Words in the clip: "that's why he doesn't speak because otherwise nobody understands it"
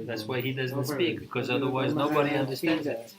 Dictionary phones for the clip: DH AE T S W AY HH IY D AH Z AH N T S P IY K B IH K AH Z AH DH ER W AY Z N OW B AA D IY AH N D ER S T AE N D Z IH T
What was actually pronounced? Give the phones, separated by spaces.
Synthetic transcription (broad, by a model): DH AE T S W AY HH IY D AH Z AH N T S P IY K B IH K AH Z AH DH ER W AY Z N OW B AA D IY AH N D ER S T AE N D Z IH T